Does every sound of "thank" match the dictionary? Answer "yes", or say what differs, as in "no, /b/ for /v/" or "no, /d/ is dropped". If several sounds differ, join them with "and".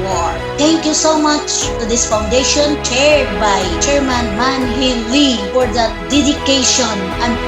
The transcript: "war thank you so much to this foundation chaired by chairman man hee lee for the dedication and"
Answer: no, /t/ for /θ/